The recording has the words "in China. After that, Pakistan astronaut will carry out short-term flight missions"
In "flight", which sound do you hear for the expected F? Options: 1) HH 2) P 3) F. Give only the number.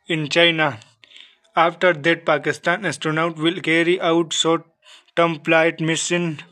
2